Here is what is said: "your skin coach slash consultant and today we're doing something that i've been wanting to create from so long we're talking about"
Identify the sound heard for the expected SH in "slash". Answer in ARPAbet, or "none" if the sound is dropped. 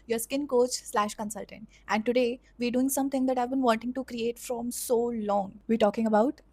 SH